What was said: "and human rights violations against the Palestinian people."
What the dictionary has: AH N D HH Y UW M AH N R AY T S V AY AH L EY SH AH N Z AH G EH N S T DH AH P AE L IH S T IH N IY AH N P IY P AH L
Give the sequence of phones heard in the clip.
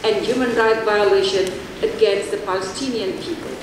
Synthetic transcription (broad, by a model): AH N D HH Y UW M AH N R AY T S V AY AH L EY SH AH N AH G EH N S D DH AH P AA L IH S T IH N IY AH N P IY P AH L